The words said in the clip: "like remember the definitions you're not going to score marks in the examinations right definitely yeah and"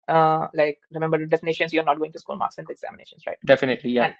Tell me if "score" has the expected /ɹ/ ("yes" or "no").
no